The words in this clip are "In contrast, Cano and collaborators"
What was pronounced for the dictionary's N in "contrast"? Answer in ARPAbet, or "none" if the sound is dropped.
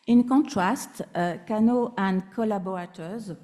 none